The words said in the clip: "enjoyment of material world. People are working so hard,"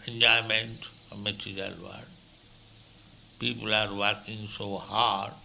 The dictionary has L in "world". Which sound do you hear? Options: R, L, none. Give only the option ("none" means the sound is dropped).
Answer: none